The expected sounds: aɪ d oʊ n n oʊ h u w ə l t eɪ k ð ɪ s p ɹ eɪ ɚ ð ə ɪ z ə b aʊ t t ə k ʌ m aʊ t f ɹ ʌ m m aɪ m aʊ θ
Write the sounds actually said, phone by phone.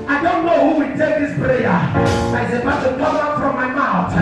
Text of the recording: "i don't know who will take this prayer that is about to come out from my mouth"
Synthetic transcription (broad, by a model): aɪ d oʊ n n oʊ h u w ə n t eɪ k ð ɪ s p ɹ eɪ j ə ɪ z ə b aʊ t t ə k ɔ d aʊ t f ɹ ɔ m m aɪ m aʊ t